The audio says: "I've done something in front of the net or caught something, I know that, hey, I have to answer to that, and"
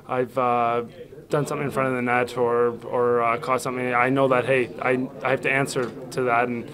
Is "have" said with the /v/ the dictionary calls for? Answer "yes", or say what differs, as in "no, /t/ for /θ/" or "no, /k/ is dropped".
no, /f/ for /v/